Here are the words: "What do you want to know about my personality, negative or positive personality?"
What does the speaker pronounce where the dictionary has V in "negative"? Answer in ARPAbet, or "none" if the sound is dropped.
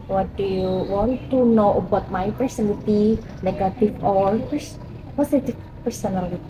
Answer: F